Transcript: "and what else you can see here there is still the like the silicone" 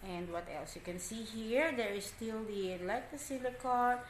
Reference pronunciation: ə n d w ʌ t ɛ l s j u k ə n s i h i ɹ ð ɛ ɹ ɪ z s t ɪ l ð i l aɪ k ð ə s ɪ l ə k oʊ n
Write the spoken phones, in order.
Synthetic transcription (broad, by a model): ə n d w ʌ t ɛ l s j u k ə n s i h i ɹ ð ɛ ɹ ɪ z s t ɪ l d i l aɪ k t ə s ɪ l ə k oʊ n